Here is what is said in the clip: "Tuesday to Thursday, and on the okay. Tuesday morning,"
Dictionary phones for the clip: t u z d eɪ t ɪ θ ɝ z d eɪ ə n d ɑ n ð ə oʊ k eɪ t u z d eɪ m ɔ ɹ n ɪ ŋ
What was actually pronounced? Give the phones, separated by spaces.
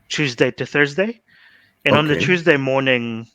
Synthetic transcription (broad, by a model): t u z d eɪ t ɪ θ ɝ z d eɪ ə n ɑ n ð ə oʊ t u z d eɪ m ɔ ɹ n ɪ ŋ